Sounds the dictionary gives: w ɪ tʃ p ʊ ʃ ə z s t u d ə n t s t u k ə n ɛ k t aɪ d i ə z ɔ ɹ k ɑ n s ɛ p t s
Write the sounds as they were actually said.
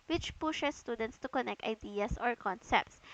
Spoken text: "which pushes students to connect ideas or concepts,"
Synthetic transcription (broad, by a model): w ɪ tʃ p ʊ ʃ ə s t u d ə n t s t u k ə n ɛ k t aɪ d i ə s ɔ ɹ k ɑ n s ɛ p t s